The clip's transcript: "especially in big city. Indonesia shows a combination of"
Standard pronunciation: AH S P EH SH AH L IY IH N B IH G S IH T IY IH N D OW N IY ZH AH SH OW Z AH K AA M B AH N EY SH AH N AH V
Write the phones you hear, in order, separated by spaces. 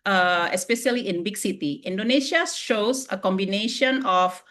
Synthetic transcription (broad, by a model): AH S P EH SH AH L IY IH N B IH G S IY T IY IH N D OW N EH SH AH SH OW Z AH K AA M B AH N EY SH AH N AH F